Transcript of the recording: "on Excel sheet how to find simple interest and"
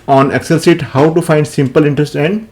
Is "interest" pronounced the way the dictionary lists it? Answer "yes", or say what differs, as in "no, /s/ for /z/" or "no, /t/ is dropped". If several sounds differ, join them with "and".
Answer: yes